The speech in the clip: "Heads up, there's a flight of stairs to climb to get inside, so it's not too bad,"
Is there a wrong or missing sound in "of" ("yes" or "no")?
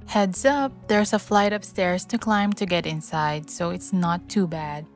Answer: yes